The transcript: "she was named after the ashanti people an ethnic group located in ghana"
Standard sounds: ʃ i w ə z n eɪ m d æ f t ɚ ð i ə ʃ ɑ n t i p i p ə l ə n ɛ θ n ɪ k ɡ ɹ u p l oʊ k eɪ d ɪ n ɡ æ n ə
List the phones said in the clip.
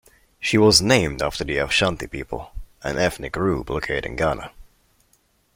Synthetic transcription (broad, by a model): ʃ i w ə z n eɪ m d æ f t ɚ ð i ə ʃ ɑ n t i p i p ə l ə n ɛ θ n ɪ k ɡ ɹ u b l oʊ k eɪ d ɪ n ɡ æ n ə